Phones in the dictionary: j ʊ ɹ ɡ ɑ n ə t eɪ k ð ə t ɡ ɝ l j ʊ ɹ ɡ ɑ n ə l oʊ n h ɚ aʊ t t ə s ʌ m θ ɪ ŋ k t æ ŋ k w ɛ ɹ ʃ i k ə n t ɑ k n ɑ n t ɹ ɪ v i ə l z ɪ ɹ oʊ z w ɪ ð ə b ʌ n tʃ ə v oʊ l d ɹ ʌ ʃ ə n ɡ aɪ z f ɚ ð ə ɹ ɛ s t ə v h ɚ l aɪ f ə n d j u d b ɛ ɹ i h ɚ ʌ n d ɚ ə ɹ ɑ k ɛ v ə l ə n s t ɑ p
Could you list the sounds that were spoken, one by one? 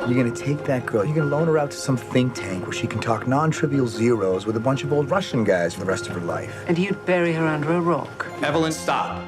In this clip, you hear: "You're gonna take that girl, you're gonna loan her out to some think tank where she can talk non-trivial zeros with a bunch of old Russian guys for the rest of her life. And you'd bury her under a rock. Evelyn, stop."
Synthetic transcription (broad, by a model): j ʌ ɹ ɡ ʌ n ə t eɪ k ð ə t ɡ ɝ l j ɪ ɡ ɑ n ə l oʊ n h ɚ aʊ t t ə s ʌ m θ ɪ ŋ k t æ ŋ k w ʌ ɹ ʃ i k n t ɑ k n ɑ n t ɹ ɪ v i l z ɪ ɹ oʊ z w ɪ ð ə b ʌ n tʃ ə v oʊ l d ɹ ʌ ʃ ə n ɡ aɪ z f ɚ ð ə ɹ ɛ s t ə v ɚ l aɪ f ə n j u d b ɛ ɹ i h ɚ ʌ n d ɚ ə ɹ ɑ k ɛ v ə l ə n s t ɑ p